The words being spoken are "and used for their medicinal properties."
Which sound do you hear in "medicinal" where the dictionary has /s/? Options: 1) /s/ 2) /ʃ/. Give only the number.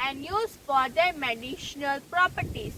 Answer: 2